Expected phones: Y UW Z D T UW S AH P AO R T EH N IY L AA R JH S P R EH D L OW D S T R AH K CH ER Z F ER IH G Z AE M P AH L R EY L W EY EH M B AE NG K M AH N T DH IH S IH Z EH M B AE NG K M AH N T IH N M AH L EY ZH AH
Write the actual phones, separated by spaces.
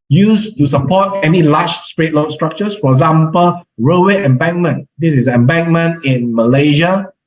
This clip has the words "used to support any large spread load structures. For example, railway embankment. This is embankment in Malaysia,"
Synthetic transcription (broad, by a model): Y UW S T UW S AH P AO T EH N IY L AA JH S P R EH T L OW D S T R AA K CH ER S F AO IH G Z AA M P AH L R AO W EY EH M B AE NG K M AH N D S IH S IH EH M B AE NG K M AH N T IH N M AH L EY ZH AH